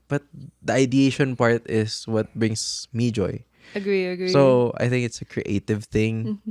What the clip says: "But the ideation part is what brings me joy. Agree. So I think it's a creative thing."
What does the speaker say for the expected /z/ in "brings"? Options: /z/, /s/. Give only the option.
/s/